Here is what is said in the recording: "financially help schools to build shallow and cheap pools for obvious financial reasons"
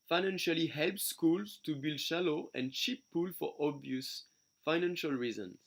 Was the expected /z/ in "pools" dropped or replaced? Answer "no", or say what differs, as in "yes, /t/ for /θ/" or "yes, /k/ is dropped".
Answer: yes, /z/ is dropped